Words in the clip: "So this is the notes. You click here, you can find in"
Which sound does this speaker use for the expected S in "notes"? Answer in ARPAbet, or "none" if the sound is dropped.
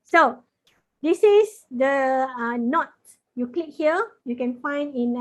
none